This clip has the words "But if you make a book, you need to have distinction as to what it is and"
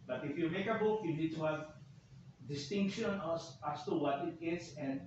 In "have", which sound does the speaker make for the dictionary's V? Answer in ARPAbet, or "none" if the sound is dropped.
V